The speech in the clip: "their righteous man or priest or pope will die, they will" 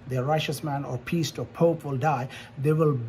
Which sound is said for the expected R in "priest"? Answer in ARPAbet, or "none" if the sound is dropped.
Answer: none